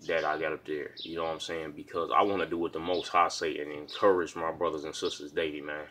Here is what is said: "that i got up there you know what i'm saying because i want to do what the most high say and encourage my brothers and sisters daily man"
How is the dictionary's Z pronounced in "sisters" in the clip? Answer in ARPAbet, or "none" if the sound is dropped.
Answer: Z